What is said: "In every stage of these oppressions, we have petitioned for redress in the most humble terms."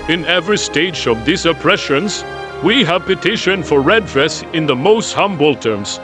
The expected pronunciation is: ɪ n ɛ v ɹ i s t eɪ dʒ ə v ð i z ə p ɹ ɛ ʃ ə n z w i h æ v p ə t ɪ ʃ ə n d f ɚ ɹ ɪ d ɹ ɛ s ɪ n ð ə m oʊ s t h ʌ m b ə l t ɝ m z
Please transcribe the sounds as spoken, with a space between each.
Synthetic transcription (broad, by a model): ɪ n ɛ v ɹ i s t eɪ dʒ ə v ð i s ə p ɹ ɛ ʃ ə n z w i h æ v p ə t ɪ ʃ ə n f ɚ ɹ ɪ d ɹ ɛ s ɪ n ð ə m oʊ s t h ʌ m b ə l t ɝ m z